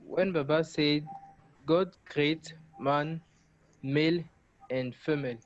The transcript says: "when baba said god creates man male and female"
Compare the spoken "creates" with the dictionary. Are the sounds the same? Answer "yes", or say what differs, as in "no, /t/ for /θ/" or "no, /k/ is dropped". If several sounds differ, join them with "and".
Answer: no, /s/ is dropped